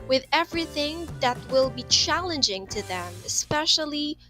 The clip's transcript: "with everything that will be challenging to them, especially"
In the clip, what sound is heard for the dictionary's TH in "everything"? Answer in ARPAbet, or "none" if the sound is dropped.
TH